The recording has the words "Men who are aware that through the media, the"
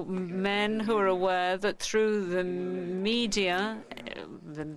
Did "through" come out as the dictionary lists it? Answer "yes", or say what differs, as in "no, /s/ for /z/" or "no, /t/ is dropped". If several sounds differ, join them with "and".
yes